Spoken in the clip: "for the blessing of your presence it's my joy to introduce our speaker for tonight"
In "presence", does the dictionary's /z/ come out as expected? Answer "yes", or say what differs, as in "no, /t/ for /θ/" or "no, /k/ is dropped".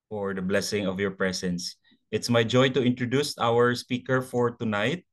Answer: no, /s/ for /z/